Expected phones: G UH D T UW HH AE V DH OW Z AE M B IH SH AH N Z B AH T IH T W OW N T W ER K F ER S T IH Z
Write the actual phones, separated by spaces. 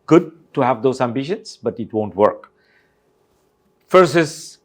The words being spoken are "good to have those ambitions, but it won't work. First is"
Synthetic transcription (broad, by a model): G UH D T UW HH AE V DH OW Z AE M B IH SH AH N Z B AH T IH T W OW N T W ER K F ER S IH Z